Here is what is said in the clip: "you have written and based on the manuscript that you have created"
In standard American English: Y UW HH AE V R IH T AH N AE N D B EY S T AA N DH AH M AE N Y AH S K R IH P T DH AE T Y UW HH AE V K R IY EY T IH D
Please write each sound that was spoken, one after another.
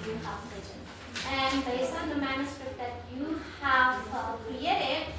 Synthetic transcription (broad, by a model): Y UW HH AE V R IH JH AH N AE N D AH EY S AA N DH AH M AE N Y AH S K R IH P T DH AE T Y UW HH AE V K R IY EY T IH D